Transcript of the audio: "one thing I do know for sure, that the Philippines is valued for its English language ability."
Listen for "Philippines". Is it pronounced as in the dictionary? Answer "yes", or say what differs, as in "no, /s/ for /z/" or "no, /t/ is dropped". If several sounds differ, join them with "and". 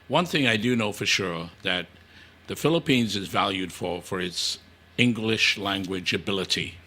yes